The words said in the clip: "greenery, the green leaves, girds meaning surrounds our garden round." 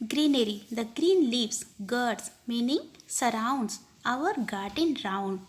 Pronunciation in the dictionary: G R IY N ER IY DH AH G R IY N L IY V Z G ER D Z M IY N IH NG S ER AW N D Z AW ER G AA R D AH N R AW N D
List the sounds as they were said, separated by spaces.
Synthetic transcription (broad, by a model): G R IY N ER IY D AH G R IY N L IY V S G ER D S M IY N IH NG S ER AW N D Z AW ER G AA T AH N R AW N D